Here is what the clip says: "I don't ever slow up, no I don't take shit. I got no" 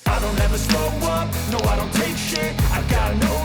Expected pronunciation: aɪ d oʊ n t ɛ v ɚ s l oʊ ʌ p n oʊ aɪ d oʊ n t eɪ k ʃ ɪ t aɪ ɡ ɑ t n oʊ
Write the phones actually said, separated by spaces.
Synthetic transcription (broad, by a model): aɪ d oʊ n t ɛ v ɚ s oʊ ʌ n oʊ aɪ d oʊ n t eɪ k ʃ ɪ aɪ ɡ ɑ t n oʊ